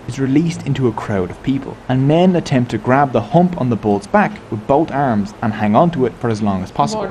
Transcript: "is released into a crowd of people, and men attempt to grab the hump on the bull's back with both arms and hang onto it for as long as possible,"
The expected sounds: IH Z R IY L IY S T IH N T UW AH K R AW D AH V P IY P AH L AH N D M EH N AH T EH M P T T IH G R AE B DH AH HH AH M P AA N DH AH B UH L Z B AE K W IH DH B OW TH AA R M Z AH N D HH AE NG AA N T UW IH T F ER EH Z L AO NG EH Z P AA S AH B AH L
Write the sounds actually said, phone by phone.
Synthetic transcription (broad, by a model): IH Z R IY L IY S T IH N T UW AH K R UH D AH V P IY P AH L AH N M EH N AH T EH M P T T IH G R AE B DH AH HH AH M P N DH AH B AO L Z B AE K W IH DH B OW T AA R M Z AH N HH AE NG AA N T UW IH T F ER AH Z L AO NG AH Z P AA S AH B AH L